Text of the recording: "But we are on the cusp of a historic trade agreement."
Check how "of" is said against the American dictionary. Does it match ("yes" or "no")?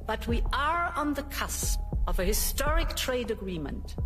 yes